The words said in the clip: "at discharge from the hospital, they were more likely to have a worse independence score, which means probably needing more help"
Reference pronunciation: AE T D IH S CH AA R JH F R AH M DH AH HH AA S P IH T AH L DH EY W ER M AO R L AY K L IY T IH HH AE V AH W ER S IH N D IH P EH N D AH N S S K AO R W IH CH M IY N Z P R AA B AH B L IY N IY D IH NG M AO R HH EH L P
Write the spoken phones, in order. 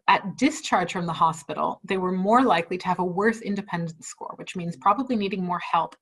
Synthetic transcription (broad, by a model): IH T D IH S CH AA R JH F R AH M DH AH HH AA S P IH T L DH EY W ER M AO R L AY K L IY T IH V AH W ER S IH N D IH P EH N D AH N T S K AO R W IH CH M IY N Z P R AA B AH B L IY N IY D IH NG M AO R HH EH L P